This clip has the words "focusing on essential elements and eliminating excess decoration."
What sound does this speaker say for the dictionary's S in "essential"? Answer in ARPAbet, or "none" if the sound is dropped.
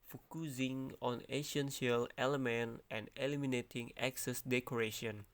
SH